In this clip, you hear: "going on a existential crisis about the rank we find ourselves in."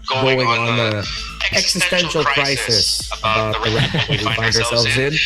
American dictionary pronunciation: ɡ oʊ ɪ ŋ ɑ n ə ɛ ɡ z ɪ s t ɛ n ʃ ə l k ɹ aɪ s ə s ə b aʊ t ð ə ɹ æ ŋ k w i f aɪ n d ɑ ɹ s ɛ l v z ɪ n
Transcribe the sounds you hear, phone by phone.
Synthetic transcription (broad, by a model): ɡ oʊ ɪ ŋ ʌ n ə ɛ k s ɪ s t ɛ n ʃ l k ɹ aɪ s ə s ə b aʊ t ð ə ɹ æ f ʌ w i f aɪ n d ɑ ɹ s ɛ l v z ɪ n